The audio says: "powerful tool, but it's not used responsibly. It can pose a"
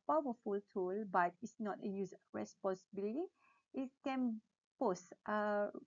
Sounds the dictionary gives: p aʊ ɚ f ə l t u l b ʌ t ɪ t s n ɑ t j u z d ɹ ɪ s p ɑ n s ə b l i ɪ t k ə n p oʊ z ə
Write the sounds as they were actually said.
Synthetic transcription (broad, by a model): p aʊ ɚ f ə l t u l b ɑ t ɪ t s n ɑ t j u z ɹ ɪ s p ɑ n s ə b l i ɪ t k ə n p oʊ s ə